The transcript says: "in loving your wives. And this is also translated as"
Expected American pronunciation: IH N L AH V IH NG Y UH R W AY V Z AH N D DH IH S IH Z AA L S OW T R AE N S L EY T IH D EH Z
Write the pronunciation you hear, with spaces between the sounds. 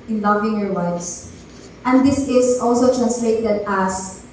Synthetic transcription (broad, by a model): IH N L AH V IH NG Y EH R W AY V S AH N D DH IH S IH S AA L S OW T R AE N S L EY T IH D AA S